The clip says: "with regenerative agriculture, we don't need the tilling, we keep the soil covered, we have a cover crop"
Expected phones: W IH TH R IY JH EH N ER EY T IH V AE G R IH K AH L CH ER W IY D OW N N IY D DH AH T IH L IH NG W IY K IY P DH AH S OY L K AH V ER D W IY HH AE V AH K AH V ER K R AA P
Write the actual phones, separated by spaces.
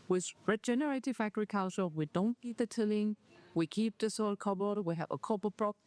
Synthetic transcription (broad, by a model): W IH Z R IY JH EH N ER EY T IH F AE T R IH K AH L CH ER W IY D OW N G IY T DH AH T IH L IH NG W IY K IY P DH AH S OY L K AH B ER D W IY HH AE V AH K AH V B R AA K